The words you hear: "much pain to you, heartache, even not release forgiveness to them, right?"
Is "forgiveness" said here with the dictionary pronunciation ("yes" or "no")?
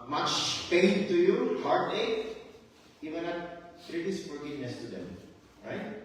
no